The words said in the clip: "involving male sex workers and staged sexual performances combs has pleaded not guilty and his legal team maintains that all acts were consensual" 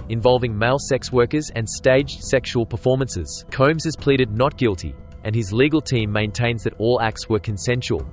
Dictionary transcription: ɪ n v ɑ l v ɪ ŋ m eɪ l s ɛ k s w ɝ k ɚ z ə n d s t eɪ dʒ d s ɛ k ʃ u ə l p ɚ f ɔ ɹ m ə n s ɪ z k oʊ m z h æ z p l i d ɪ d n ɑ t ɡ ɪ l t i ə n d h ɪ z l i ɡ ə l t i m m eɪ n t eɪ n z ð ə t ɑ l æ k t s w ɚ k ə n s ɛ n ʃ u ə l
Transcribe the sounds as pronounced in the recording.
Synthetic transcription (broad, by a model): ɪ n v ɑ l v ɪ ŋ m eɪ l s ɛ k s w ɝ k ɚ z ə n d s t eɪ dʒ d s ɛ k ʃ u ə l p ɚ f ɔ ɹ m ə n s ɪ z k oʊ m z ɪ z p l i d ɪ d n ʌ t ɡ ɪ l t i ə n ɪ z l i ɡ ə l t i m m eɪ n t eɪ n z ð ə t ɑ l æ k t s w ɚ k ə n s ɛ n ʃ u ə l